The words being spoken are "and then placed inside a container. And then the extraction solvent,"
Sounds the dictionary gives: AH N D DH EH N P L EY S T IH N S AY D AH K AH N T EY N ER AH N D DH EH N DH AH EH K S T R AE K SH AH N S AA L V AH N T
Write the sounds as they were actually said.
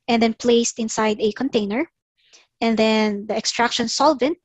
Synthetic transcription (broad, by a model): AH N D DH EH N P L EY S T IH N S AY D AH K AH N T EY N ER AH N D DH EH N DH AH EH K S T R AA K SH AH N S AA L V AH N T